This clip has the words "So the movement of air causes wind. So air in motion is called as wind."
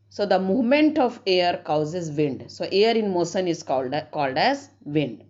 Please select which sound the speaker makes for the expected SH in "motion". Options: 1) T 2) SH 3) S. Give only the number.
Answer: 3